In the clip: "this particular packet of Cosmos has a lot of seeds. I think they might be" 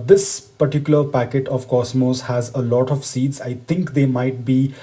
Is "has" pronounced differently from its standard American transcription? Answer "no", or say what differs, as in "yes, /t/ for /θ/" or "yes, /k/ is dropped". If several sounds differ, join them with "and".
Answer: no